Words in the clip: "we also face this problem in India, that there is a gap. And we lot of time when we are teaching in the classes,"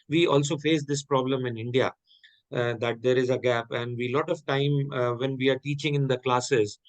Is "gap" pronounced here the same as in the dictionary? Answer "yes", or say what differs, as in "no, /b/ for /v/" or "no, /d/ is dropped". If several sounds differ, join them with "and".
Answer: yes